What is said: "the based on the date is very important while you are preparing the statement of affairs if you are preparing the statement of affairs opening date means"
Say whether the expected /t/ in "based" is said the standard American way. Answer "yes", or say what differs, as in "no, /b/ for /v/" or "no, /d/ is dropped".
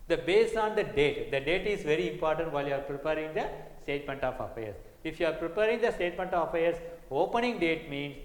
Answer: no, /t/ is dropped